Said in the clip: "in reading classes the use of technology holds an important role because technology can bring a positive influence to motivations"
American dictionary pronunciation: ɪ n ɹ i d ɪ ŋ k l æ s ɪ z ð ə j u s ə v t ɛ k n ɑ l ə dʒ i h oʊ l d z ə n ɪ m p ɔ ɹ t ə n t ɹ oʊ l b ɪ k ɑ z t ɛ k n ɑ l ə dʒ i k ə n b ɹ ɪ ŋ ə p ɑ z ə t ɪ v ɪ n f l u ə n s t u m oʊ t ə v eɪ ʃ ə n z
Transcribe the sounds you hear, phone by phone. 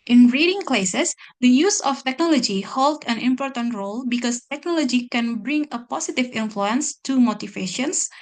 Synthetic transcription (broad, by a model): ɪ n ɹ i d ɪ ŋ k l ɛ s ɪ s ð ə j u s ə f t ɛ k n ɑ l ə dʒ i h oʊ l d ə n ɪ m p ɔ ɹ t ə n t ɹ oʊ l b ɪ k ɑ s t ɛ k n ɑ l ə dʒ i k ə n b ɹ ɪ ŋ ə p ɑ s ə t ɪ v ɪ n f l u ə n s t u m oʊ t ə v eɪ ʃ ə n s